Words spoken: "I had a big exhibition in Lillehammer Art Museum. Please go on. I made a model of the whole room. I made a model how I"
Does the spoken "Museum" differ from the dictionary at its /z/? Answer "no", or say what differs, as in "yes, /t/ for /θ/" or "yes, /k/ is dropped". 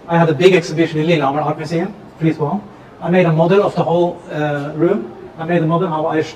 yes, /s/ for /z/